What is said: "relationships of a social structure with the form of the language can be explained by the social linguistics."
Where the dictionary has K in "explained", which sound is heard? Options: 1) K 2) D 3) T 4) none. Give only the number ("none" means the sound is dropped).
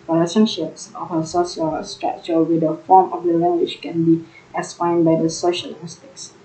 4